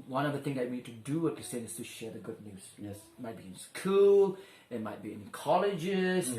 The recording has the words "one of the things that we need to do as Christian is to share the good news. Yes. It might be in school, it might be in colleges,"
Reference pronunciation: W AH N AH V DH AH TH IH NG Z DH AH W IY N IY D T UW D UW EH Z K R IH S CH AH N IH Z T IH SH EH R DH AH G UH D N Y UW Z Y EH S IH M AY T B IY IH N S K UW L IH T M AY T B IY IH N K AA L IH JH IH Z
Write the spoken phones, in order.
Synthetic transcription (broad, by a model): W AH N AH V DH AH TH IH NG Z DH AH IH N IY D T UW D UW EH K IH S AH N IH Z T IH SH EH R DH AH G UH D N Y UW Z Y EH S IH M AY T B IY IH N S K UW L IH T M AY T B IY IH N K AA L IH JH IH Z